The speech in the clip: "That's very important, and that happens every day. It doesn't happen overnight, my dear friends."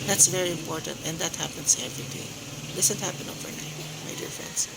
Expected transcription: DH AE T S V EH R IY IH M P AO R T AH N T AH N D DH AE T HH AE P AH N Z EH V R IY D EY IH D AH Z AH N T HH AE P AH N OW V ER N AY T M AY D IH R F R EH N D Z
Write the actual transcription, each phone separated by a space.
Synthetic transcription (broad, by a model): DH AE T S V EH R IY IH M P AO R T AH N T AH N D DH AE T HH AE P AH N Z EH V R IY D EY IH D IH S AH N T HH AE P AH N OW V ER N AY T M AY D IH R F R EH N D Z